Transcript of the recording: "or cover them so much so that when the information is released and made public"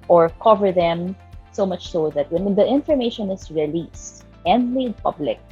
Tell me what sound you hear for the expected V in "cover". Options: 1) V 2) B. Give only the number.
1